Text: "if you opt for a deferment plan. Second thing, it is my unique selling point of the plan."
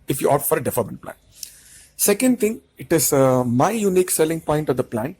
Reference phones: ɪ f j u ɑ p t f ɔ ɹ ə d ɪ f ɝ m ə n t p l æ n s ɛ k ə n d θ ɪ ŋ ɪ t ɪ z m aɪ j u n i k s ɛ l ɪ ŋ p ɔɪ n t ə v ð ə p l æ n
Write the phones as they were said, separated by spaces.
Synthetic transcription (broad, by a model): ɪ f j u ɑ t f ɔ ɹ ə d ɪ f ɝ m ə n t p l æ n s ɛ k ə n d t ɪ ŋ ɪ t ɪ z m aɪ j u n i k s ɛ l ɪ ŋ p ɔɪ n t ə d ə p l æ n